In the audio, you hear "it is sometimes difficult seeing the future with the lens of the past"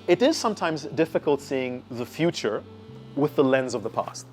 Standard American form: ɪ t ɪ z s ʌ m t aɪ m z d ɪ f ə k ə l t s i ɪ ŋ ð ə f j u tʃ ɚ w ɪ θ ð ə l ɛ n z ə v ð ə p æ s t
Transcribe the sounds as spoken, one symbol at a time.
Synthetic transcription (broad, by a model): ɪ t ɪ z s ʌ m t aɪ m z d ɪ f ə k ə l t s i ɪ ŋ ð ə f j u tʃ ɚ w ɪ ð ə l ɛ n z ə v ð ə p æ s t